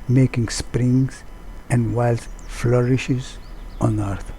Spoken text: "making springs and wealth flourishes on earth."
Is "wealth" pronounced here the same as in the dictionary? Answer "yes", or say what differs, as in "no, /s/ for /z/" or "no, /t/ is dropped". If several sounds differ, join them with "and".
no, /s/ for /θ/